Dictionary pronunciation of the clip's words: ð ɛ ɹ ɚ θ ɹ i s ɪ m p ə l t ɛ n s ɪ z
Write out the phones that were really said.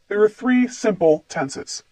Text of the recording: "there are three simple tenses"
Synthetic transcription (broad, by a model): ð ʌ ɹ ɚ θ ɹ i s ɪ m p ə l t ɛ n s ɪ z